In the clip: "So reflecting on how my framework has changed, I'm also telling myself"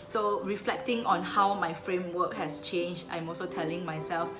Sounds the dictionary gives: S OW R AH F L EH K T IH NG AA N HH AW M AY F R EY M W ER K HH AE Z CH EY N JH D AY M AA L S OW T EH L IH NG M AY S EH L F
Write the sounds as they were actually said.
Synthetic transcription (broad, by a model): S OW R AH F L EH K T IH NG AA N HH AW M AY F R EY M W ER K HH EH S CH EY N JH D AY M AA L S OW T EH L IH NG M AY S EH L F